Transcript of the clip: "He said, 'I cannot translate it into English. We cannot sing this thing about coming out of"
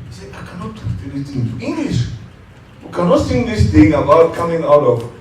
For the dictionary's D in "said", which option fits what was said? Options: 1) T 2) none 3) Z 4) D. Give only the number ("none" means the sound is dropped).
2